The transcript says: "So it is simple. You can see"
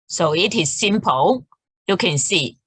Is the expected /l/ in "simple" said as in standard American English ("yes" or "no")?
no